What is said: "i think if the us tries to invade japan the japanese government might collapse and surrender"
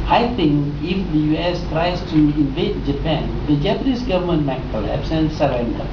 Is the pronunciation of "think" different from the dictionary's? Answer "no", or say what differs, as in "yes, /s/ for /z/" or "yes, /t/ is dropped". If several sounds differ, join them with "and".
yes, /t/ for /θ/